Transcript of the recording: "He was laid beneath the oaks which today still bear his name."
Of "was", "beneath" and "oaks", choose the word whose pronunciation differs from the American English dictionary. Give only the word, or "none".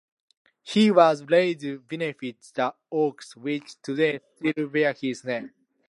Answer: beneath